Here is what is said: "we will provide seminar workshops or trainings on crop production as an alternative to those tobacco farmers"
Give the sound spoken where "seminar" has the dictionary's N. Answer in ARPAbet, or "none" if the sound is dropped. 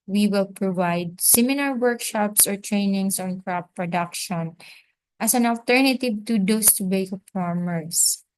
L